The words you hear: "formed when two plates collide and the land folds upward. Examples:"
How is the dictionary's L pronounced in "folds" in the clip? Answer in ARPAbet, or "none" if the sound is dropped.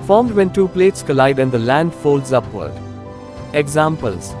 L